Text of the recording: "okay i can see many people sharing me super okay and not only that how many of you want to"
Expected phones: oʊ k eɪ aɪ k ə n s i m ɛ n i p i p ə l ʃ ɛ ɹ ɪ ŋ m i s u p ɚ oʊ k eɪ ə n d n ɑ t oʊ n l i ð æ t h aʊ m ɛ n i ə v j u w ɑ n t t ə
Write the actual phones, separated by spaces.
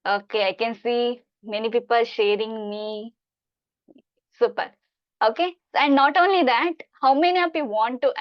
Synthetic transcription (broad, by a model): oʊ k eɪ aɪ k ə n s i m ɛ n i p i p ə l ʃ ɛ ɹ ɪ ŋ m i s u p ɚ oʊ k eɪ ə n d n ɑ t oʊ n l i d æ t h aʊ m ɛ n i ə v j u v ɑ n t t